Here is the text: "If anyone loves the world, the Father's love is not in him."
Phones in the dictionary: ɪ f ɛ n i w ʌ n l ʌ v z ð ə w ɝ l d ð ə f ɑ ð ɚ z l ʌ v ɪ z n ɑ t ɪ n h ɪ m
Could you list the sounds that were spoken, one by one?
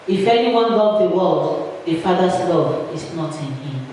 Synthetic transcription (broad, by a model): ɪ f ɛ n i w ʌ n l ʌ z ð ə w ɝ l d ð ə f ɑ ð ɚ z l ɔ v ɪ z n ɑ t ɪ n h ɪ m